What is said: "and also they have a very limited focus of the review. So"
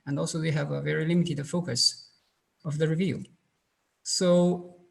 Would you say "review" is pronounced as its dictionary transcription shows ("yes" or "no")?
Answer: yes